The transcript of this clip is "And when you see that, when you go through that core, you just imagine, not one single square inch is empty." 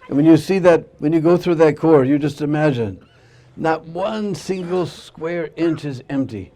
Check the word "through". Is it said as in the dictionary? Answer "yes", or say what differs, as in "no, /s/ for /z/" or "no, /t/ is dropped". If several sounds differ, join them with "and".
yes